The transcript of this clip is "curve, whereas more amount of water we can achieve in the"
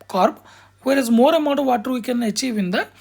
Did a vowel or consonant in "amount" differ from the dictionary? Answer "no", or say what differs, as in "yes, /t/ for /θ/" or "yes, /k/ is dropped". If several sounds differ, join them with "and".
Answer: yes, /n/ is dropped